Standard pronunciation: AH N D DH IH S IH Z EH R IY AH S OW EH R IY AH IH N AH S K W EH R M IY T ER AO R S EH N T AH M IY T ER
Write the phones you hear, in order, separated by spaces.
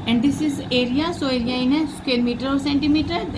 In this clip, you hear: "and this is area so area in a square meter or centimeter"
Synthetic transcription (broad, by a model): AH N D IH S IH Z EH R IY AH S OW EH R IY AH IH N AH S K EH L M IY T ER AO R S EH N T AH M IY T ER